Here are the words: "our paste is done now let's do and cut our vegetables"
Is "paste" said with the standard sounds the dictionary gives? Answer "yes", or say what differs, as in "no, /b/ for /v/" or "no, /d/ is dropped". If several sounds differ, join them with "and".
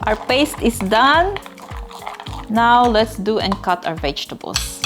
yes